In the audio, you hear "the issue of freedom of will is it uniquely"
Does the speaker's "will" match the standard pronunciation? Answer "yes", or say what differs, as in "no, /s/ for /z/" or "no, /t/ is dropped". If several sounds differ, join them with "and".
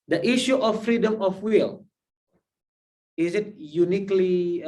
yes